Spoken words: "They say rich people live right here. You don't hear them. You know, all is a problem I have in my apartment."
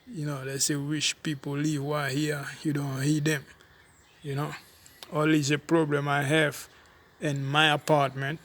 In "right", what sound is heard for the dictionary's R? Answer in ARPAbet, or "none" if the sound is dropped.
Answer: W